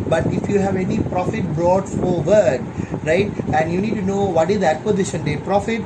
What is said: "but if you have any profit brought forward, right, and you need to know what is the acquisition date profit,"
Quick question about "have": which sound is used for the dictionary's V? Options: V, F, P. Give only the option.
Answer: V